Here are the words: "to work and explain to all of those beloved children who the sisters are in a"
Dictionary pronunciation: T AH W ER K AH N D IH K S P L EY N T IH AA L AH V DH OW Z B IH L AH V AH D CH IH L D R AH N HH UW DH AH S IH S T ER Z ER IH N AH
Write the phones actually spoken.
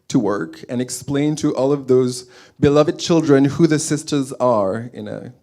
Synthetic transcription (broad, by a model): T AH W ER K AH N IH K S P L EY N T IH AA L AH V DH OW Z B IH L AH V AH D CH IH L D R AH N HH UW DH AH S IH S T ER Z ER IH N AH